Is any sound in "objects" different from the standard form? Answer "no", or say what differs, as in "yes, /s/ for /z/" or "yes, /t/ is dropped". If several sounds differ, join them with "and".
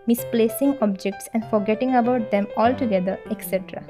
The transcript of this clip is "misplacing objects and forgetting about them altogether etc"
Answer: no